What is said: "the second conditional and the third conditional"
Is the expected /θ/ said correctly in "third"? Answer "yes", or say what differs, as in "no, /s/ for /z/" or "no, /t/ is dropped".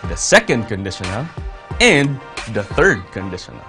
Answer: yes